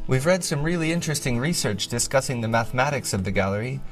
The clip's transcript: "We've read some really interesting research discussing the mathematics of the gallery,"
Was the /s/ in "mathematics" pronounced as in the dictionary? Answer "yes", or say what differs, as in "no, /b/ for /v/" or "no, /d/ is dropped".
yes